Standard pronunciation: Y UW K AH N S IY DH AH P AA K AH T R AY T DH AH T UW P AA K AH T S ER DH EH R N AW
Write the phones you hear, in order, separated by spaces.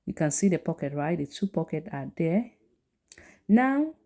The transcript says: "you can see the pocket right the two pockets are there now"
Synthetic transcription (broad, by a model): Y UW K AH N S IY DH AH P AA K AH T R AY T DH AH T UW P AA K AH T AA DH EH N AW